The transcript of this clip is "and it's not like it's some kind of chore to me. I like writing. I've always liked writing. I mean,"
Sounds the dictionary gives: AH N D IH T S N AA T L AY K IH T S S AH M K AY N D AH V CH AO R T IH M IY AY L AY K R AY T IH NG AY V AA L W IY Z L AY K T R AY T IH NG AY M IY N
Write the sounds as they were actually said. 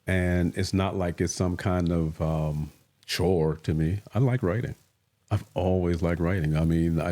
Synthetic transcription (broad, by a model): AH N IH T S N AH T L AY K IH T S S AH M K AY N D AH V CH AO R T IH M IY AY L AY K R AY T IH NG AY V AA L W IY Z L AY K T R AY T IH NG AY M IY N